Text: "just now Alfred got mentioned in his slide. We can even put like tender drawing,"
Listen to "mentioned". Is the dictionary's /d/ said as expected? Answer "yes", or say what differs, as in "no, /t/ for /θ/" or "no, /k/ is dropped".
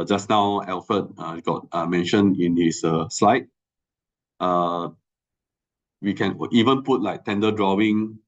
no, /d/ is dropped